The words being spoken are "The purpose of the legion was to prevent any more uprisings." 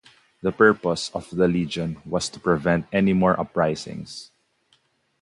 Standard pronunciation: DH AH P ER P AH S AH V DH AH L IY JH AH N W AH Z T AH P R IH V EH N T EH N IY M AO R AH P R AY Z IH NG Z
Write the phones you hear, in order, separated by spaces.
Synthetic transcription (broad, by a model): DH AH P ER P AH S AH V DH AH L IY JH AH N W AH S T AH P R IH V EH N T EH N IY M AO R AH P R AY S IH NG S